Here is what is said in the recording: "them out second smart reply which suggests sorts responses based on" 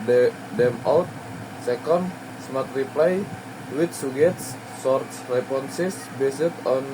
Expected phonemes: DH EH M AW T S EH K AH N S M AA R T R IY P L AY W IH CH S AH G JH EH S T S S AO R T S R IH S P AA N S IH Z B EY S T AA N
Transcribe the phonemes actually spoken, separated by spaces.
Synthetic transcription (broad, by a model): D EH M AW T S EH K AH N S M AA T R IY P L AY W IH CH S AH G EH T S S AO R T S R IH P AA N S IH S B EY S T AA N